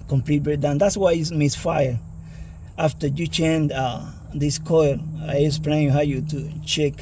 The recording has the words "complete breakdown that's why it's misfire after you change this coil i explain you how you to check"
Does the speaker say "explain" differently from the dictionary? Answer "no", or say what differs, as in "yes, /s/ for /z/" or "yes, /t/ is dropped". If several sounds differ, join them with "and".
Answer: yes, /k/ is dropped